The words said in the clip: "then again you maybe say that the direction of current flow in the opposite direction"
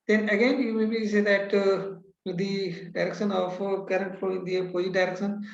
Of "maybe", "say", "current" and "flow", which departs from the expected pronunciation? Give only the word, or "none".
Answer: flow